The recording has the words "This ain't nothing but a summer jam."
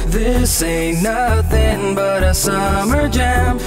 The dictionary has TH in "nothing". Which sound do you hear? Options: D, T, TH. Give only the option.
TH